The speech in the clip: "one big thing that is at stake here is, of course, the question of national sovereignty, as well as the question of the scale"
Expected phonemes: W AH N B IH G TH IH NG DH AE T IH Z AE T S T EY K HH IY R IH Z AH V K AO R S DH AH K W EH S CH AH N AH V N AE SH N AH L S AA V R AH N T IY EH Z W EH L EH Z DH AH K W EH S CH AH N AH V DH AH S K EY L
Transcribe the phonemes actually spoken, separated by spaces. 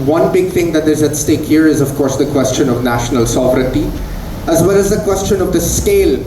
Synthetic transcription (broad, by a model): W AH N B IH G T IH NG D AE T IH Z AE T S T EY K HH IY R IH Z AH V K AO R S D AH K W EH S CH AH N AH V N AE SH N AH L S AA V R AH N T IY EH Z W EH L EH Z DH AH K W EH S CH AH N AH V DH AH S K EY L